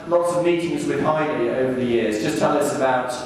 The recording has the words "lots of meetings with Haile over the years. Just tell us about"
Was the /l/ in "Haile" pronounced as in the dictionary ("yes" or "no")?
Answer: no